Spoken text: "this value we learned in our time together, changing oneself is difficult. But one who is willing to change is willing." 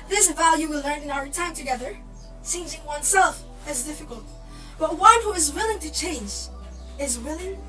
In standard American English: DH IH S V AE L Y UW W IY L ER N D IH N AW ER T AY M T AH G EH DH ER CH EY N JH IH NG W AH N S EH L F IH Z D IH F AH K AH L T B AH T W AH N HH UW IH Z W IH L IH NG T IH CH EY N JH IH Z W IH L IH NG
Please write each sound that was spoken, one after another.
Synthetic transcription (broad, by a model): DH IH S V AE L Y UW W IY L ER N IH N AW ER T AY M T AH G EH DH ER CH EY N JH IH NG W AH N S EH L F IH Z D IH F AH K AH L T B AH T W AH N HH UW IH Z W IH L IH NG T IH CH EY N JH IH Z W IH L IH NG